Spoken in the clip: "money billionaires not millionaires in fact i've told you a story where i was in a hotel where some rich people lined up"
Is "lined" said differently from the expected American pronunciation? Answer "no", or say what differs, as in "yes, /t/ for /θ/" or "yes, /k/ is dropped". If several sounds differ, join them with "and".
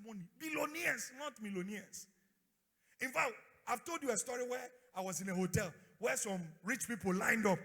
no